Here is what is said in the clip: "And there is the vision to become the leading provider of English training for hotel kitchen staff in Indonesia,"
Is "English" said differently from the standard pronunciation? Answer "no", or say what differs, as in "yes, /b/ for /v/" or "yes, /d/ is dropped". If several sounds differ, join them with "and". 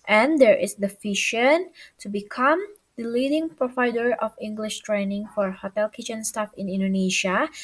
no